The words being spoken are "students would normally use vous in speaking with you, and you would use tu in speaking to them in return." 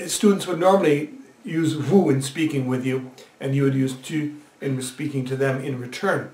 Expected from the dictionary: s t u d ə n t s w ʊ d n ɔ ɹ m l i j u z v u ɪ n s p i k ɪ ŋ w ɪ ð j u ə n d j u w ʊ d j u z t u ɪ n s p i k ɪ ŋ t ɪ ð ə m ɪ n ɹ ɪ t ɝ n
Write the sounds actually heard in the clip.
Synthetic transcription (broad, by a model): s t u d n t s w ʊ d n ɔ ɹ m l i j u z v u ɪ n s p i k ɪ ŋ w ɪ ð j u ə n j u w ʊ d j u z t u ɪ n s p i k ɪ ŋ t ɪ ð ə m ɪ n ɹ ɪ t ɝ n